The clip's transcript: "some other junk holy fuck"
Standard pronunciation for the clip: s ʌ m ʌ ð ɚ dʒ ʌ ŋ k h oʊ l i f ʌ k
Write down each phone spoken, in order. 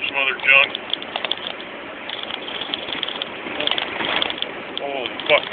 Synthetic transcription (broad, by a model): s m ʌ ð ɚ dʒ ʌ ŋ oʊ i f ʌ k